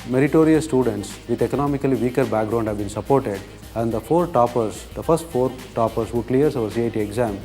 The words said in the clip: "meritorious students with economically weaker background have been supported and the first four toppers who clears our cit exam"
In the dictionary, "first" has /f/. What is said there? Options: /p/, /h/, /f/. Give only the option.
/p/